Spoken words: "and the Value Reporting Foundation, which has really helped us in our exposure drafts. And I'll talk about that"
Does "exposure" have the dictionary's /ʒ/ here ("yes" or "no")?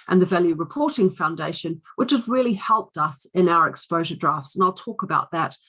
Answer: yes